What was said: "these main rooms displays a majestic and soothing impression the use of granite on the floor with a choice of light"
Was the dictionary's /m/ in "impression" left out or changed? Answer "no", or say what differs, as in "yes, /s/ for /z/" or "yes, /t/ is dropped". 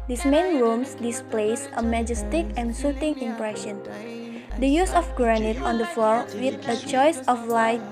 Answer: no